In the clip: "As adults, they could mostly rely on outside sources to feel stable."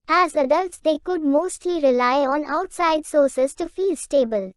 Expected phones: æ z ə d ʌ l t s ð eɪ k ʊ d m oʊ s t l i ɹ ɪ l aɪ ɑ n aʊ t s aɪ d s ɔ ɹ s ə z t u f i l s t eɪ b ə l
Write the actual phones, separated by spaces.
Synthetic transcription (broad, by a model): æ z ə d ʌ l t s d eɪ k ʊ d m oʊ s t l i ɹ ɪ l aɪ ɑ n aʊ t s aɪ d s ɔ ɹ s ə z t u f i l s t eɪ b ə l